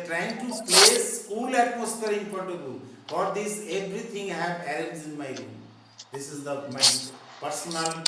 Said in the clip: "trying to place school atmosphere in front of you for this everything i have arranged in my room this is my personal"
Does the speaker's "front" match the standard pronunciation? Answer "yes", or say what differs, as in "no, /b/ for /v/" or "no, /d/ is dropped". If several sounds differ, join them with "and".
no, /n/ is dropped